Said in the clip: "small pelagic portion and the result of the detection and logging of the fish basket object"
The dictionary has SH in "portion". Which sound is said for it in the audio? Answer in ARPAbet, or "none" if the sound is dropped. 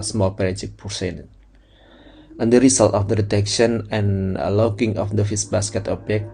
S